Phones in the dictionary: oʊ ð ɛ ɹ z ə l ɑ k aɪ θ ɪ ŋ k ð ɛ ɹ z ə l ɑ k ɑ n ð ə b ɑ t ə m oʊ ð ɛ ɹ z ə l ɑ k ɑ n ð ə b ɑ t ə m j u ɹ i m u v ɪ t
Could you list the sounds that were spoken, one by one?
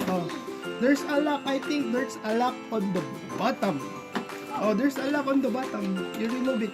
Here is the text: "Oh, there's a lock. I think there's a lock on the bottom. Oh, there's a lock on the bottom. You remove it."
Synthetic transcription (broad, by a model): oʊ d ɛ ɹ s ə l ɑ k aɪ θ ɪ ŋ k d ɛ ɹ s ə l ɑ k ɑ n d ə b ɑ t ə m oʊ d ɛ ɹ s ə l ɑ k ɑ n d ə b ɑ t ə m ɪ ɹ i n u b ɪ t